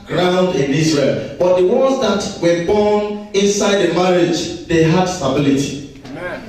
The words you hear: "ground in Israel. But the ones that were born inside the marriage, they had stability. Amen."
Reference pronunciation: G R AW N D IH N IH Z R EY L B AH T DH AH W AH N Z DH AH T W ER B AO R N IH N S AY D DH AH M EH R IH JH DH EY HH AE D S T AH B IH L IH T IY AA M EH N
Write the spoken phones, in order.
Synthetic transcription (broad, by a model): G R AW N D IH N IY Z R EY L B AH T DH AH W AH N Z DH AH T W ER B AO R N IH N S AY D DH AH M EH R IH JH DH EY HH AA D S T AH B IH L IH T IY